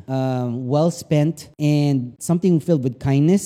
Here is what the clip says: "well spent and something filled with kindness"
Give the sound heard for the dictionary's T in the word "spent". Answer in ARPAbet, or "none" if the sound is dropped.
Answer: T